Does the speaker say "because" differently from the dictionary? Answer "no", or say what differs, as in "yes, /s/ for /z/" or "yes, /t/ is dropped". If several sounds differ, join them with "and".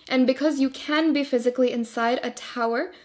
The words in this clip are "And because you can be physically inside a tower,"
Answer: no